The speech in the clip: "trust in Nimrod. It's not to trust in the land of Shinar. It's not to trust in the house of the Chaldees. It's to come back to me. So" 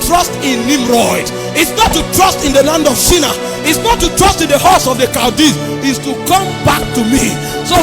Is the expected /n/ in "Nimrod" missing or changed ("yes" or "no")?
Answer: yes